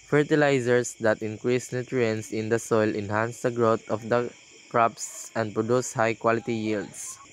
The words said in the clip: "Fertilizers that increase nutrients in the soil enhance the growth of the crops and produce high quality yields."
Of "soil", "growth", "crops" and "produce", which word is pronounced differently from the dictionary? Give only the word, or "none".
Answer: growth